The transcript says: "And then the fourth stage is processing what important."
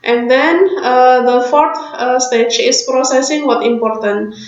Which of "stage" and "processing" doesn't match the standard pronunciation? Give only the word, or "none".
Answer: stage